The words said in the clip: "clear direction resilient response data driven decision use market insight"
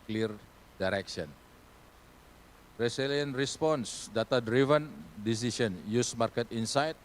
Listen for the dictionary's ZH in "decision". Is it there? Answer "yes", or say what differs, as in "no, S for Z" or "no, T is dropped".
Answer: no, S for ZH